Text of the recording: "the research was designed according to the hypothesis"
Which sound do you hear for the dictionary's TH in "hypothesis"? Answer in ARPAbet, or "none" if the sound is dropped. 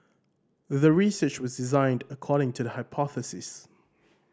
TH